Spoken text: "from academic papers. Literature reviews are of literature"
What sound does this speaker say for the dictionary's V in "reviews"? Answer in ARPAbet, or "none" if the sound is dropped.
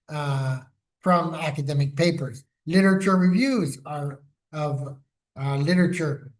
V